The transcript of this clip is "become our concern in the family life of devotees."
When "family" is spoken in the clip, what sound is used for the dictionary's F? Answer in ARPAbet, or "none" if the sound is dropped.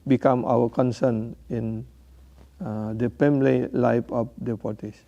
P